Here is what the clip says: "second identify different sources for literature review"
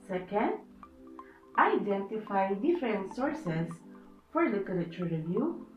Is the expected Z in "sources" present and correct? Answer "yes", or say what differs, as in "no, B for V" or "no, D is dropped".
no, S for Z